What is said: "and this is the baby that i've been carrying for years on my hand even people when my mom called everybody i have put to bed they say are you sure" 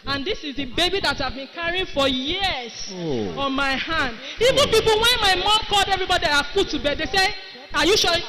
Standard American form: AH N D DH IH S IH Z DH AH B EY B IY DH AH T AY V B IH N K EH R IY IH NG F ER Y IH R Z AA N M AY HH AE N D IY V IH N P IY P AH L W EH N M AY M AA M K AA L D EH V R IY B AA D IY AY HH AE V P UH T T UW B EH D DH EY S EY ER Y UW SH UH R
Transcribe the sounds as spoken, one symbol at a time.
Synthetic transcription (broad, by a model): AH N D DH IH S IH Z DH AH B EY B IY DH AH T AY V B IH N K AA R IY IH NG F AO Y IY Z AA N M AY HH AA N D IY V IH N P IY P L W EH N M AY M AA M K AA L D EH V R IY B AA D IY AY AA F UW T T UW B EH D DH EY S EY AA Y UW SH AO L